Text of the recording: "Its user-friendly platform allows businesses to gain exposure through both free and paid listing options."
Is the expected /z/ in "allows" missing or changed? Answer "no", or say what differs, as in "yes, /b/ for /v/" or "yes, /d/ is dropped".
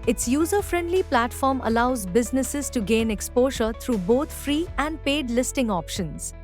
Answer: no